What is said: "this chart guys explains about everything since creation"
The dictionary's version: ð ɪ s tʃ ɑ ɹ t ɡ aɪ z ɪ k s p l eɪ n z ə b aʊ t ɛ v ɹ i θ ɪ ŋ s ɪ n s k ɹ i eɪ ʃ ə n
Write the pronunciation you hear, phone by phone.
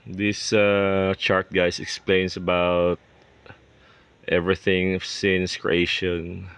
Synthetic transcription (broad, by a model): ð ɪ s tʃ ɑ ɹ t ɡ aɪ s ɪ k s p l eɪ n s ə b aʊ t ɛ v ɹ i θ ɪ ŋ s ɪ n s k ɹ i eɪ ʃ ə n